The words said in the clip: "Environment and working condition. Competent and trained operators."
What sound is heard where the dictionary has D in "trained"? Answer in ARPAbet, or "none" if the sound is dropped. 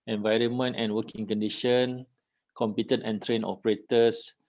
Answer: none